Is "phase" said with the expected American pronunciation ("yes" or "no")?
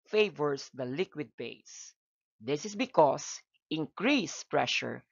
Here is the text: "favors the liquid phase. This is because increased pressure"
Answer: no